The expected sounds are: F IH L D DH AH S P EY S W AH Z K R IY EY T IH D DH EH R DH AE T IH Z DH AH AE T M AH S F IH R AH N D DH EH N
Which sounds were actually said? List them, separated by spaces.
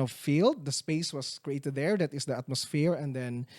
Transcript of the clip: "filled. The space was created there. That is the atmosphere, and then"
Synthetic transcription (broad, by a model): F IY L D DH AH S P EY S W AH S K R IY EY T IH D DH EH R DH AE T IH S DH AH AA T M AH S F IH R AH N D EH N